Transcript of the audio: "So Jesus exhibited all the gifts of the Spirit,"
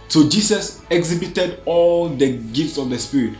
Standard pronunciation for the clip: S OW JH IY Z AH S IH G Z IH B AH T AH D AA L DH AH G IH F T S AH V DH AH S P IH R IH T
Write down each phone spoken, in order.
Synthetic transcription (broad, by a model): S OW JH IY S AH S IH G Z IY B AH T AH D AA L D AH G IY F T S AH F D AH S P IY R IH T